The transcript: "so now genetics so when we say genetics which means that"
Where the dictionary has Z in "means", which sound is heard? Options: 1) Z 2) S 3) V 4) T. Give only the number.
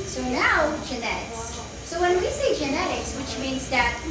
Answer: 1